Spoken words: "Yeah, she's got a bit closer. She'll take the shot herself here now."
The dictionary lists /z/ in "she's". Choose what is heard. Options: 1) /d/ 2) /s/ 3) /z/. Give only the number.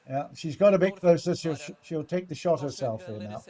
3